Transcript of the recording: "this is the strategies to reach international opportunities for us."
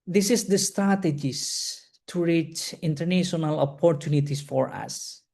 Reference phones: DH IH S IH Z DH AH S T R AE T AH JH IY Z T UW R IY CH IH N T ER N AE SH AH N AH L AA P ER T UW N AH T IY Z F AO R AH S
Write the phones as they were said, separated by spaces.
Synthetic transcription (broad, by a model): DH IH S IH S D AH S T R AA T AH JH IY S T UW R IY CH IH N T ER N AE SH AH N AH L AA P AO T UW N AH T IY S F AO R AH S